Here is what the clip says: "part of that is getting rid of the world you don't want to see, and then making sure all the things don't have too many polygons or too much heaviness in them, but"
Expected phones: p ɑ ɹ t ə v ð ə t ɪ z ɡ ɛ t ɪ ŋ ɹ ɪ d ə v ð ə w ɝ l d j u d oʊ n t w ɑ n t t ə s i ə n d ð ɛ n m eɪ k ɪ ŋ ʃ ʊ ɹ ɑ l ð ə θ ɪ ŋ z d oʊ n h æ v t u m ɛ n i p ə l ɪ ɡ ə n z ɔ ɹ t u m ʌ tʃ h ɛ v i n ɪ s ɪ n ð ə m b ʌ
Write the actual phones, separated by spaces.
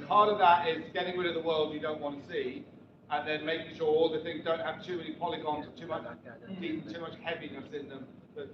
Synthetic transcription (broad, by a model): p ɑ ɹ t ə v ð ə t ɪ z ɡ ɛ t ɪ ŋ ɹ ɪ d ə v ð ə w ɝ l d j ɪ d oʊ n t w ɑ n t t ə s i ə n ð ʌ n m eɪ k ɪ ŋ ʃ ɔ ɹ ɑ l ð ə θ ɪ ŋ z d oʊ n h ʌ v t u m ɛ n i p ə l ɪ ɡ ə n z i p t u m ʌ tʃ h ɛ v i n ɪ s ɪ n ð ə m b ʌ